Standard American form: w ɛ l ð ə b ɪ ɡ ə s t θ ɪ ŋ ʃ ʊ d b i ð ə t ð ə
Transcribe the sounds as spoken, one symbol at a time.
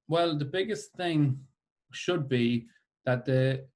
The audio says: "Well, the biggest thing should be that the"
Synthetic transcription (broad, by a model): w ɛ l ð ə b ɪ ɡ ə s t θ ɪ ŋ ʃ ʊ d b i ð ə t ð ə